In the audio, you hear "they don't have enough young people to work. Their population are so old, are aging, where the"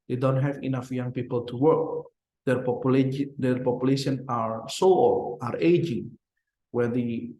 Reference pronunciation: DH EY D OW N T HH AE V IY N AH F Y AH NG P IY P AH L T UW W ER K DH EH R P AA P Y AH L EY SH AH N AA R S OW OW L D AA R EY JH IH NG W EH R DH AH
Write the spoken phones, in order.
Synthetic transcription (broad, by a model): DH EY D OW N T HH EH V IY N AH F Y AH NG P IY P AH L T UW W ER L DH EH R P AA P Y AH L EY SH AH N AA R S OW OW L AA R EY JH IH NG W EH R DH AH